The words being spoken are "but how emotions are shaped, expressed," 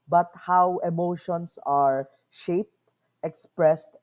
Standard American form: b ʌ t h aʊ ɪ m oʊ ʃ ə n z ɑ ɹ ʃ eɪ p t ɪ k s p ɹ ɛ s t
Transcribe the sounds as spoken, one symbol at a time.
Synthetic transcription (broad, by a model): b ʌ t h aʊ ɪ m oʊ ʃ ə n s ɑ ɹ ʃ eɪ p t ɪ k s p ɹ ɛ s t